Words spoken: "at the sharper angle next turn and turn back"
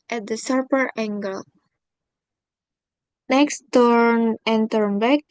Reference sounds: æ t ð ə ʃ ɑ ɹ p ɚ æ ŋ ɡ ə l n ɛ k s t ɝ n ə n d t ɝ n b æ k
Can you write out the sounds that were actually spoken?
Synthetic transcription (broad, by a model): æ t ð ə s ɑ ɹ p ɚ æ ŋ ɡ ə l n ɛ k s t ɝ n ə n t ɝ n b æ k